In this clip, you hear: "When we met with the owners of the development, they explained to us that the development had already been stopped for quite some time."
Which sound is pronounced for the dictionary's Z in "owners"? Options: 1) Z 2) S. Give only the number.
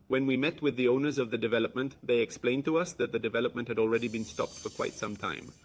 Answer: 1